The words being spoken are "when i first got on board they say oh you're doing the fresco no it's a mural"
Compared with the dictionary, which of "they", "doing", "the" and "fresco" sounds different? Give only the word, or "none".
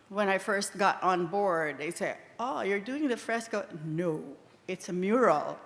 none